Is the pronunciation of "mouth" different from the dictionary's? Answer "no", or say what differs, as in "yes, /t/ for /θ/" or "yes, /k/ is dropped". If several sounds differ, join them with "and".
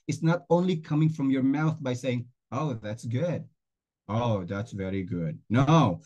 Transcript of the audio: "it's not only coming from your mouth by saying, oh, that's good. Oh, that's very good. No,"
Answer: no